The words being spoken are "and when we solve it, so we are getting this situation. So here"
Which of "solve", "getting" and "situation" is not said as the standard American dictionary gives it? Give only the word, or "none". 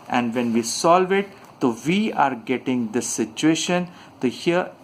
none